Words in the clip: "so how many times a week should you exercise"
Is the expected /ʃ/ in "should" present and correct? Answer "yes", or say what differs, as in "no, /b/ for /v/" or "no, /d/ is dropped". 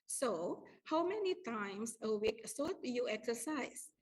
no, /s/ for /ʃ/